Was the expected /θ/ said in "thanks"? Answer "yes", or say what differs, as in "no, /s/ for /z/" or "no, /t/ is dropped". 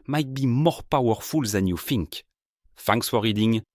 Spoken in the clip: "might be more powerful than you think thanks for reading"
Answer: no, /f/ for /θ/